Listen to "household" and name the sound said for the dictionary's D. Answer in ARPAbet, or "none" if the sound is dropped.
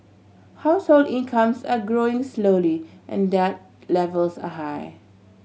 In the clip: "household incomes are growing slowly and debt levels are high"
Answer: D